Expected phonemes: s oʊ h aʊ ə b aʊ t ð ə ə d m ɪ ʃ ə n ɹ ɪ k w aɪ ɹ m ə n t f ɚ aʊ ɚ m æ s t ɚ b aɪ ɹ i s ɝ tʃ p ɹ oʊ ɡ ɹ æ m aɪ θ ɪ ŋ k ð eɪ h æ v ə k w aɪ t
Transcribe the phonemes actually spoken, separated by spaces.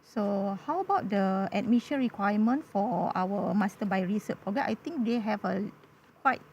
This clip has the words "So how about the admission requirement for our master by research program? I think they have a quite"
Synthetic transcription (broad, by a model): s oʊ h aʊ ə b aʊ t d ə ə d m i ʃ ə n ɹ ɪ k w aɪ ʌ m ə n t f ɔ aʊ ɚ m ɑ s t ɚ b aɪ ɹ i s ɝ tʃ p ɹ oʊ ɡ ɛ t aɪ t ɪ ŋ k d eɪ h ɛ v ə k w aɪ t